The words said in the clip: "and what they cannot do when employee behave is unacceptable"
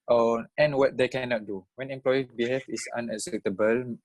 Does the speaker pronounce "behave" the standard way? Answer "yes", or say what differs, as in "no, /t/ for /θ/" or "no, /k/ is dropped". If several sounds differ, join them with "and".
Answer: no, /f/ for /v/